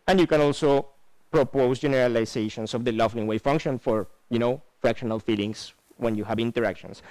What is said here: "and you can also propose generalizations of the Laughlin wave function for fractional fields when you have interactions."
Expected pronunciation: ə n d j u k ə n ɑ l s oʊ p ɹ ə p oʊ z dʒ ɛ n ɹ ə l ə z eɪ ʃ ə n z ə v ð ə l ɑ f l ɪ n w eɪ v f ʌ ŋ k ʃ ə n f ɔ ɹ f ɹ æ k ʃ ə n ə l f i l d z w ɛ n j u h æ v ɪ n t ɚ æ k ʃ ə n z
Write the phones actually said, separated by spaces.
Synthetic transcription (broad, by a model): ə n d j u k ə n ɑ l s oʊ p ɹ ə p oʊ s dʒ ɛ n ɹ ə l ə s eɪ ʃ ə n s ə v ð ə l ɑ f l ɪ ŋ w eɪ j f ʌ ŋ k ʃ ə n f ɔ ɹ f ɹ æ k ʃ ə n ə l f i l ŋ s w ɛ n j u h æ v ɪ n t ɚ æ k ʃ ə n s